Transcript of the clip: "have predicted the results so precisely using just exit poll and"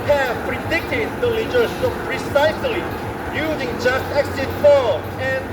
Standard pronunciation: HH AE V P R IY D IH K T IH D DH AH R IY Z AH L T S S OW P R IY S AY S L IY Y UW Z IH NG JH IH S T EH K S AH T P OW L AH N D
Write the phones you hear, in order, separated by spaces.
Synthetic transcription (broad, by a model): HH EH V P R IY D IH K T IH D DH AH L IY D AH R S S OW P R IY S AY S L IY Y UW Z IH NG JH IH S T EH K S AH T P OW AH N